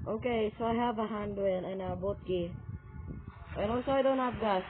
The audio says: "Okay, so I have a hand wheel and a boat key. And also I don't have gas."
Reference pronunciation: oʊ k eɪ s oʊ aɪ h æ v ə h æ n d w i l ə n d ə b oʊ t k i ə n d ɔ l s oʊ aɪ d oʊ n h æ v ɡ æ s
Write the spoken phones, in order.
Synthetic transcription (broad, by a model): oʊ k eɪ s oʊ aɪ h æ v ə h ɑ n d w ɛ n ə n ə b oʊ t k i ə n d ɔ s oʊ aɪ d oʊ n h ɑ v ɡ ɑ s